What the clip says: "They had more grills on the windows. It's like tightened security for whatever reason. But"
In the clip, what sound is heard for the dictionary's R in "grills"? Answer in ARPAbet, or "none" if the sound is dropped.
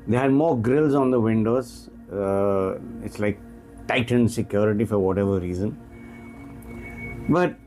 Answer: R